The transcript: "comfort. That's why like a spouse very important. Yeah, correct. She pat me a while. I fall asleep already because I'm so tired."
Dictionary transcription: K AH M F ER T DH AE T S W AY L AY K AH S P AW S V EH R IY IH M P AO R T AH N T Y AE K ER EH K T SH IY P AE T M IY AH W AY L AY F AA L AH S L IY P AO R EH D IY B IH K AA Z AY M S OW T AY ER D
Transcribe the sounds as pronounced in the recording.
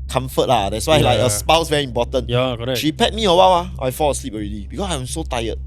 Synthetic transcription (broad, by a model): K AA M F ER T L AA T S W AY L AY K AH S P AW S V EH R IY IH M P AO T AH N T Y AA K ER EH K SH IY P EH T M IY AH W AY W AY F AA L AH S L IY P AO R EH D IY B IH K AA S AY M S OW T AY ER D